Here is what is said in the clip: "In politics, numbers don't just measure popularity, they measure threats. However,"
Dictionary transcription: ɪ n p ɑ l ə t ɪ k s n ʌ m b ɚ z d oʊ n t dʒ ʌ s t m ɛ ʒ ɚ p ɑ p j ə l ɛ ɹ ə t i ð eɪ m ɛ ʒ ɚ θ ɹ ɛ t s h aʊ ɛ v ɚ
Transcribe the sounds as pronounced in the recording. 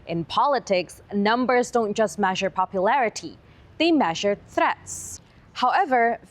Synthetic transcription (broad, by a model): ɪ n p ɑ l ə t ɪ k s n ʌ m b ɚ z d oʊ n t dʒ ʌ s t m ɛ ʒ ɚ p ɑ p j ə l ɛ ɹ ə t i ð eɪ m ɛ ʒ ɚ θ ɹ ɛ t s h aʊ ɛ v ɚ